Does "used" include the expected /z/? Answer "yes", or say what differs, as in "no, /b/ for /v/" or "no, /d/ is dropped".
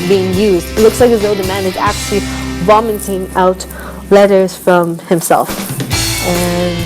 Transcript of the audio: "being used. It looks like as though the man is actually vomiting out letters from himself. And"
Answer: yes